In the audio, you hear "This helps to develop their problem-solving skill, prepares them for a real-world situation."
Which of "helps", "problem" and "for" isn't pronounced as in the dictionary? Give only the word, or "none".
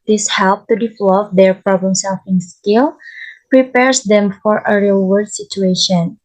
helps